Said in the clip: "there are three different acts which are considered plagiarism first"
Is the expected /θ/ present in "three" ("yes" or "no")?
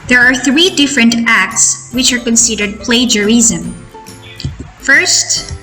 yes